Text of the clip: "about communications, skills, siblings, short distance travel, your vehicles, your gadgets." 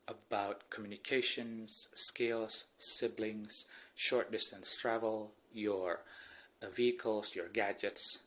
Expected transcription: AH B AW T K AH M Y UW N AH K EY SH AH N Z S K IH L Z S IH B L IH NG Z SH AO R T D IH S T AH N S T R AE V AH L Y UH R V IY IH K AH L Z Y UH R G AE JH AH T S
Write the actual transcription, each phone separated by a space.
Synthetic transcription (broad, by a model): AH B AW T K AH M Y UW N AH K EY SH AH N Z S K IH L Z S IH B L IH NG Z SH AO R T D IH S T AH N S T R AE V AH L Y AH R V IY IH K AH L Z Y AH R G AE JH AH T S